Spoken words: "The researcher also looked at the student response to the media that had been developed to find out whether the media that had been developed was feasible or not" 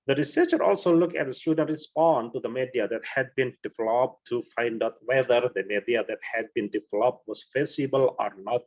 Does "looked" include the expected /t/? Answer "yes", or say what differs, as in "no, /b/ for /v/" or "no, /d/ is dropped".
no, /t/ is dropped